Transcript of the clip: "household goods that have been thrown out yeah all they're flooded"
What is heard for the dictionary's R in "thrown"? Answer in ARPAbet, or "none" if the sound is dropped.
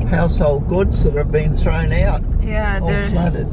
R